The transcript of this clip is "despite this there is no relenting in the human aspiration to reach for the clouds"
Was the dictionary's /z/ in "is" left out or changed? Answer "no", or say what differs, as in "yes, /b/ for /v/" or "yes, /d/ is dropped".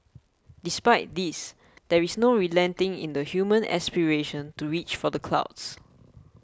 yes, /s/ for /z/